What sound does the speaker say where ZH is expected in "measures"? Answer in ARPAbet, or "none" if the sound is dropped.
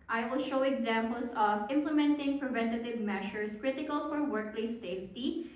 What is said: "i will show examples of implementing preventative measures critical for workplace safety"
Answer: SH